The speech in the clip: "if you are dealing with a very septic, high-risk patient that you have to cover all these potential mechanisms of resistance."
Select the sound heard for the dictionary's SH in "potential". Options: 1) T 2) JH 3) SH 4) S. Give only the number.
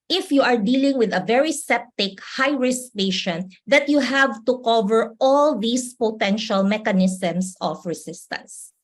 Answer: 3